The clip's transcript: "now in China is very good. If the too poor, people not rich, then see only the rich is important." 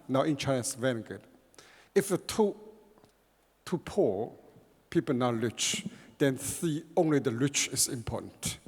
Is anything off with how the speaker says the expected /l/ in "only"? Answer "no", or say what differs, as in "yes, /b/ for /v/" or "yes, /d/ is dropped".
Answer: no